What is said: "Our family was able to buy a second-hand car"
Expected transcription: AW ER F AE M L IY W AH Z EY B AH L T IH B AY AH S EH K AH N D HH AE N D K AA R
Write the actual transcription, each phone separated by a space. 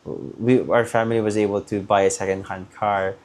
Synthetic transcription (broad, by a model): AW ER F AE M L IY W AH Z EY B AH L T IH B AY AH S EH K AH N D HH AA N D K AA R